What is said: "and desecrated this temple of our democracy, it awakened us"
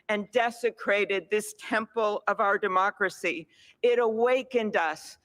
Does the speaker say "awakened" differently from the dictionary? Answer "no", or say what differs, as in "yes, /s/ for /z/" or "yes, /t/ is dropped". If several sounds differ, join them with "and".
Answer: no